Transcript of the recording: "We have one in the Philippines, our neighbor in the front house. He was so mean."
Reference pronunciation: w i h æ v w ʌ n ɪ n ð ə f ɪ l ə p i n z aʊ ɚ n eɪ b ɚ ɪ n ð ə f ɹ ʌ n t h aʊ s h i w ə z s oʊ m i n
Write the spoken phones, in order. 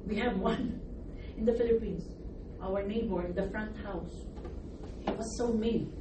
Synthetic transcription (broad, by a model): w i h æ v w ʌ n ɪ n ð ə f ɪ l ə p i n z aʊ ɚ n eɪ b ɚ ɪ n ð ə f ɹ ʌ n t h aʊ s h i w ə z s oʊ m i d